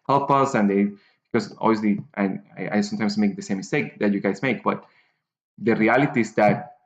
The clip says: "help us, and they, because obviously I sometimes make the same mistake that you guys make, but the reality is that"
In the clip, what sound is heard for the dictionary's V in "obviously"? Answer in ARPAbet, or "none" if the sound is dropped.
none